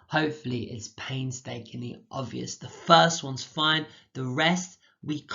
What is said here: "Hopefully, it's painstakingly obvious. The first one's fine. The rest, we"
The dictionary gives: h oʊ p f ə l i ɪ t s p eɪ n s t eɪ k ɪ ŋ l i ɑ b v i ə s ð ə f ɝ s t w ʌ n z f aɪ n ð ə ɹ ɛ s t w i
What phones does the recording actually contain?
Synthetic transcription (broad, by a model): h oʊ p f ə l i ɪ t s p eɪ n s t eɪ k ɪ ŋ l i ɑ b v i ə s ð ə f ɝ s t w ʌ n z f aɪ n ð ə ɹ ɛ s t w i